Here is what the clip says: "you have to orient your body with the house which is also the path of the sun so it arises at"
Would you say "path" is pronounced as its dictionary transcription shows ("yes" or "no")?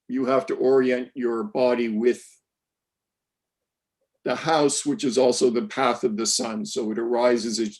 yes